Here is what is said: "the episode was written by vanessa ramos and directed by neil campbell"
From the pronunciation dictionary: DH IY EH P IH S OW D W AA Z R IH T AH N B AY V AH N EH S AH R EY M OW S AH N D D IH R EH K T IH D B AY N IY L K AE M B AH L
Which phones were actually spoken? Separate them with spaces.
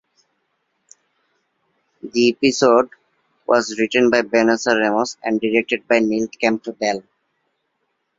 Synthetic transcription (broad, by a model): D IY EH P IH S OW D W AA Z R IH T AH N B AY B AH N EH S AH R EY M OW S AH N D D IH R EH K T IH D B AY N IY L K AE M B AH L